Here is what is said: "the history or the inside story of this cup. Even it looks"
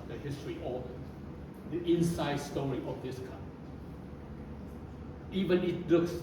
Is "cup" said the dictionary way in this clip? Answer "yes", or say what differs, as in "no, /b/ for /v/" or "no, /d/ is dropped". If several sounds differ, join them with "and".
no, /p/ is dropped